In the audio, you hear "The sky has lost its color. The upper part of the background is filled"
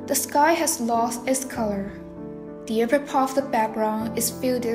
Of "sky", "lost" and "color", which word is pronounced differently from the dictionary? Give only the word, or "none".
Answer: none